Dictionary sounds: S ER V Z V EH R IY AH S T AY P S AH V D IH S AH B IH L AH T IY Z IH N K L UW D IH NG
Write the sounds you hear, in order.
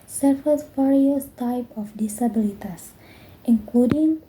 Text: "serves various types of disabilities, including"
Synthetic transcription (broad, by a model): S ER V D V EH R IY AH S T AY P AH F D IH S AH B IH L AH T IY S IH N K L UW D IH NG